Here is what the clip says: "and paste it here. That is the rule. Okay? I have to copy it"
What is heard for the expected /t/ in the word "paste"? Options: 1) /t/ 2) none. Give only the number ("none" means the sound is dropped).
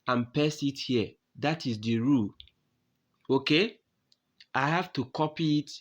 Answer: 2